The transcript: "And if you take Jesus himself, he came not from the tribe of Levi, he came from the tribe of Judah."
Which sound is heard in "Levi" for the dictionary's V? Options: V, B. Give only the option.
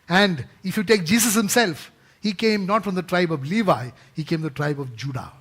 V